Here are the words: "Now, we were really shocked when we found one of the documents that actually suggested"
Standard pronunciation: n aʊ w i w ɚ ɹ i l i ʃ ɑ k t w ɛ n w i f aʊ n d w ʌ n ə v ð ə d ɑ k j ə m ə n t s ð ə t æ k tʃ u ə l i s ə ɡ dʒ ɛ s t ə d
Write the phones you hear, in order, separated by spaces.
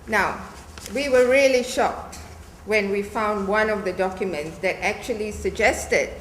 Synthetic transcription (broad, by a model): n aʊ w i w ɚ ɹ i l i ʃ ɑ k t w ɛ n w i f aʊ n d w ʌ n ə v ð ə d ɑ k j ə m ə n t s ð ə t æ k tʃ u ə l i s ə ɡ dʒ ɛ s t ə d